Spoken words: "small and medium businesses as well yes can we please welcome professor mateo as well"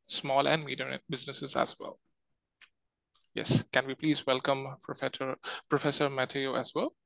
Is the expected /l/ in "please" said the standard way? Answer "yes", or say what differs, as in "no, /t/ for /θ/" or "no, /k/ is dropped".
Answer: yes